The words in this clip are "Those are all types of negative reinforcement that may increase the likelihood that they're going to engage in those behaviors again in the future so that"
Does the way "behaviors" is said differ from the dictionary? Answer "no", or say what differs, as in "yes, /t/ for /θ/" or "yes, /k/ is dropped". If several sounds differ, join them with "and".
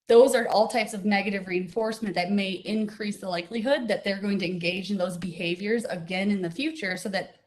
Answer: no